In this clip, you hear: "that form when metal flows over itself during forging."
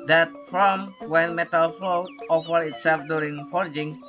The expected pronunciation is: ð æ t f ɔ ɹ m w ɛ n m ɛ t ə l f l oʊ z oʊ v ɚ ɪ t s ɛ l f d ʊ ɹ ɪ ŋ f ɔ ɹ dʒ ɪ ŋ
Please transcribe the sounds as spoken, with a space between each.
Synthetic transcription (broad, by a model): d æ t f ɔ m w ɛ n m ɛ t ə l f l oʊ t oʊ f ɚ ɪ t s ɛ l f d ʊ ɹ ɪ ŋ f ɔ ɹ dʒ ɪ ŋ